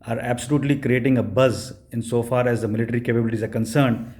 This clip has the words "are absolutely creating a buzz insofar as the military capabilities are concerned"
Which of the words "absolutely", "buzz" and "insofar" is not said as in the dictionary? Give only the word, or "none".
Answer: none